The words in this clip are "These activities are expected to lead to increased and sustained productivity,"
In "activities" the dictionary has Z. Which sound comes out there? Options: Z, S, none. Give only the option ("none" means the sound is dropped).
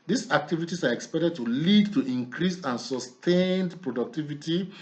S